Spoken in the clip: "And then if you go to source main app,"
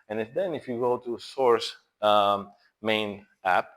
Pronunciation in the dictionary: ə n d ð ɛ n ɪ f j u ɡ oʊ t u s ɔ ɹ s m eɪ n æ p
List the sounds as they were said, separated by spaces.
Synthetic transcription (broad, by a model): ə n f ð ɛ n ɪ f j u ɡ oʊ t u s ɔ ɹ s m eɪ n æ p